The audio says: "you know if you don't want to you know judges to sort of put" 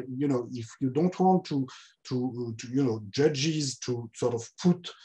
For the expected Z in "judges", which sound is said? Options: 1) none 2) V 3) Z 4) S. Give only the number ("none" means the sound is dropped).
3